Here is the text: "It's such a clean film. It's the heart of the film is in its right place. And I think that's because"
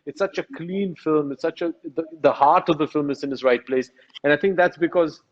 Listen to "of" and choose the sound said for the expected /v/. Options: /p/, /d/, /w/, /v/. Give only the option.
/v/